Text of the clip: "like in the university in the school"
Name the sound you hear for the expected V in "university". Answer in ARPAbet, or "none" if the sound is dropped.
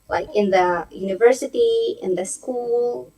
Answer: V